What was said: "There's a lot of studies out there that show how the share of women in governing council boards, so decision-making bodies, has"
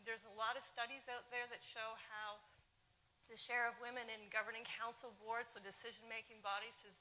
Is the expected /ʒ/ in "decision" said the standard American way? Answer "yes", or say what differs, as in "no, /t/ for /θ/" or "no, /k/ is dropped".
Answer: yes